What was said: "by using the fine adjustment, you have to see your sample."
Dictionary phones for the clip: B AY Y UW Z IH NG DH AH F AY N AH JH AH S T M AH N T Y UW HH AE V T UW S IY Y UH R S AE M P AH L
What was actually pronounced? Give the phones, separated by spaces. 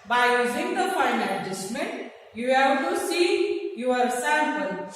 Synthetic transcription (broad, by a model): B AY Y UW Z IH NG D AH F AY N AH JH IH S M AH T Y UW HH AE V T UW S IY Y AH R S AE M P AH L